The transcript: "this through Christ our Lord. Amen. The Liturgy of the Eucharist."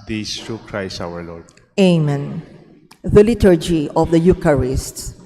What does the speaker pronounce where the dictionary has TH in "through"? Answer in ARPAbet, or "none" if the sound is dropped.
T